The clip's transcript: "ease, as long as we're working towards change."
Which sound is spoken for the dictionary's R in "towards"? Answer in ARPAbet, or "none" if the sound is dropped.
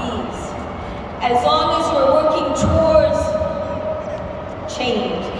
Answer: R